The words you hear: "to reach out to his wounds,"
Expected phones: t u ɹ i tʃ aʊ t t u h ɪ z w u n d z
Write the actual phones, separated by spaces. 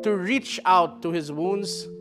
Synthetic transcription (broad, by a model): t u ɹ i tʃ aʊ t t u h ɪ z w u n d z